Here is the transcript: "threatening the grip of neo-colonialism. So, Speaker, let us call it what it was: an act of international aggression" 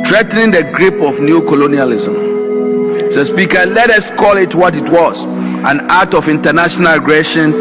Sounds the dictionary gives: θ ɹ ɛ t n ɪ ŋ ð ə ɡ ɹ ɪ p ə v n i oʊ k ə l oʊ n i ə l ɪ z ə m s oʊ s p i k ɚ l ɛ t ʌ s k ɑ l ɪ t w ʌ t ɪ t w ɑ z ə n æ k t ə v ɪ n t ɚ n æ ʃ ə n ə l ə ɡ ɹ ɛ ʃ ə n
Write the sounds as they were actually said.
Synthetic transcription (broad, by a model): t ɹ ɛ t n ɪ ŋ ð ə ɡ ɹ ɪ p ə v n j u k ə l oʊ n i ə l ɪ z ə m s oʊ s p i k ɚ l ɛ t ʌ s k ɑ l ɪ t w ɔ t ɪ t w ɑ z ə n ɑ t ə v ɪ n t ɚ n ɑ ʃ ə n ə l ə ɡ ɹ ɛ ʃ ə n